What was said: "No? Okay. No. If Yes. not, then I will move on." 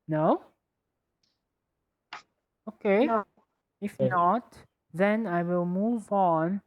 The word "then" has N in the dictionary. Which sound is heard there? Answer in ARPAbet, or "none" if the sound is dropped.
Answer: N